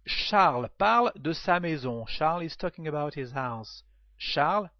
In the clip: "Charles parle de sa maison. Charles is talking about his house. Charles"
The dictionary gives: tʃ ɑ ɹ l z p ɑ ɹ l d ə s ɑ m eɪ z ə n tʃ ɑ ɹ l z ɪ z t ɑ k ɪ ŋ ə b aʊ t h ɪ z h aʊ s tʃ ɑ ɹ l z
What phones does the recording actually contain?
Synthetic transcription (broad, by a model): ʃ ɑ ɹ l p ɑ ɹ l d ə s ɑ m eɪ z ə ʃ ɑ ɹ l ɪ z t ɑ k ɪ ŋ ə b aʊ t h ɪ z h aʊ s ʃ ɑ ɹ l